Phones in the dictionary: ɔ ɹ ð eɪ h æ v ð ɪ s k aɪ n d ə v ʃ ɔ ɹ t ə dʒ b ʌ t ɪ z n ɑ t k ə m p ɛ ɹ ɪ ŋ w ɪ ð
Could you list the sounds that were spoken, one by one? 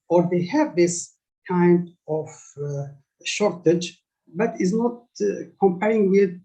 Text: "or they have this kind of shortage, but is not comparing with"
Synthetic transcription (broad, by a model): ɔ ɹ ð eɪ h æ v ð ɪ s k aɪ n d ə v ʃ ɔ ɹ t ə dʒ b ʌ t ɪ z n ɑ t k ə m p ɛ ɹ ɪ ŋ w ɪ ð